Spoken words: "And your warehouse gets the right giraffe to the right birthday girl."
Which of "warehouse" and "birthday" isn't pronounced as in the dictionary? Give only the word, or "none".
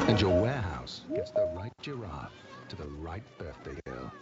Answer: none